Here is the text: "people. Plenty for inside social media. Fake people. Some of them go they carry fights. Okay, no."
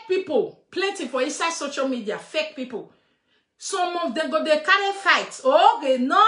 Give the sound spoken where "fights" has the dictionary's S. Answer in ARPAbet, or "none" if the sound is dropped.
none